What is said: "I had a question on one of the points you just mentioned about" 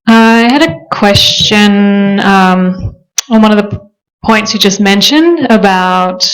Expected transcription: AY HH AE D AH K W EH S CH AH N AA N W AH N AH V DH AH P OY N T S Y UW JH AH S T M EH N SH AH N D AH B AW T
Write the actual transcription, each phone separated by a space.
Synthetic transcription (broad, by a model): AY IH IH D AH K W EH S CH AH N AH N W AH N AH V DH AH P OY N T S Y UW JH AH S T M EH N SH AH N D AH B AW T